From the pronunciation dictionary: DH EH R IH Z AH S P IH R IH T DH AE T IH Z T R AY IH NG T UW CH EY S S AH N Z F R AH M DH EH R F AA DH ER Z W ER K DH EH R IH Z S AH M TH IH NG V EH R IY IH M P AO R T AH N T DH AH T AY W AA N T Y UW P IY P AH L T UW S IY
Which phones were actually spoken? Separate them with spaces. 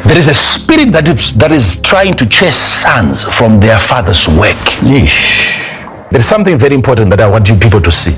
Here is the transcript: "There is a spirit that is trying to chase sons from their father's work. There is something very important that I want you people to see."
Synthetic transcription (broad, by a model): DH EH R IH Z AH S P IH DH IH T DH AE T IH Z T R AY IH NG T UW CH EY S S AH N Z F R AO M DH EH R F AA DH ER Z W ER K DH EH R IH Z S AH M TH IH NG V EH R IY IH M P AO R T AH N T DH AH T AY W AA N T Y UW P IY P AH L T UW S IY